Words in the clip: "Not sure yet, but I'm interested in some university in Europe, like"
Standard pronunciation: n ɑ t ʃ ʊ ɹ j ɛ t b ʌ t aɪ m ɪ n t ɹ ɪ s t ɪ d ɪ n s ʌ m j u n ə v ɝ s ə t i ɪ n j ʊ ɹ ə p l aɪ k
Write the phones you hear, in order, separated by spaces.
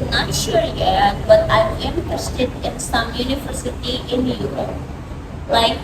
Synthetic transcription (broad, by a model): n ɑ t ʃ ʊ ɹ j ɛ t b ʌ t aɪ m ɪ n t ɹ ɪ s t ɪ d ɪ n s ʌ m j u n ə v ɝ s ə t i ɪ n j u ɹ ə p l aɪ k